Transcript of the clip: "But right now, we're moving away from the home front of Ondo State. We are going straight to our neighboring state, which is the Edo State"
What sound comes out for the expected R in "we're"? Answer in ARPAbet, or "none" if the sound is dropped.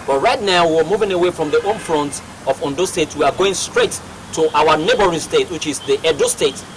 W